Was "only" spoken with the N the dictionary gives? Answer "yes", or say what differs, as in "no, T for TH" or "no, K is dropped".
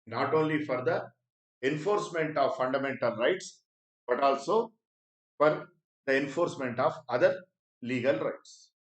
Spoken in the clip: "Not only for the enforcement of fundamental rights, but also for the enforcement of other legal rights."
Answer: yes